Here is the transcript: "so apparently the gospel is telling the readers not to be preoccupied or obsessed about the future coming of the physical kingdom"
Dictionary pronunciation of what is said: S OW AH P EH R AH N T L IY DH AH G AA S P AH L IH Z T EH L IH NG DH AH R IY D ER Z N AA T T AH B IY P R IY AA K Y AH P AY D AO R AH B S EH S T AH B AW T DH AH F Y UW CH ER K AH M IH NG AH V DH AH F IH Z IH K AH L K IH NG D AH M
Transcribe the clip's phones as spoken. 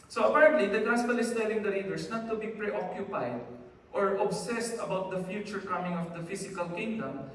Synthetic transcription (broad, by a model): S OW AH P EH R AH N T L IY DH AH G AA S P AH L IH S T EH L IH NG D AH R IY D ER S N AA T T AH B IY P R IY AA K Y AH P AY D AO R AH B S EH S T AH B AW T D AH F Y UW CH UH K AH M IH NG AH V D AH F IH S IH K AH L K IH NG D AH M